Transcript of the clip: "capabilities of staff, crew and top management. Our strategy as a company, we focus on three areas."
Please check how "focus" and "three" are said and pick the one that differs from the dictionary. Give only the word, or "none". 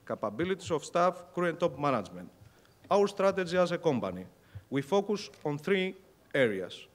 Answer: none